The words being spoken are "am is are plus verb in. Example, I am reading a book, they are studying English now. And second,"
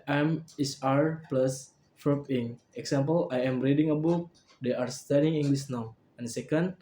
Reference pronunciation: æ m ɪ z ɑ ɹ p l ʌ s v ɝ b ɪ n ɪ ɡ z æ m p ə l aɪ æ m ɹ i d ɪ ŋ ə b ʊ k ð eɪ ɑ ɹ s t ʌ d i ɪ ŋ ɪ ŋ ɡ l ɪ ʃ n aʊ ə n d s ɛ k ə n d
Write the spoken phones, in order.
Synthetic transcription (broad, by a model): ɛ m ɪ s ɑ ɹ p l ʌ s f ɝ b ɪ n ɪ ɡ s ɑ m p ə l aɪ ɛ m ɹ i d ɪ ŋ ə b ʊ k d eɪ ɑ ɹ s t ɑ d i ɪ ŋ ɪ ŋ ɡ l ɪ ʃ n aʊ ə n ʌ s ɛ k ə n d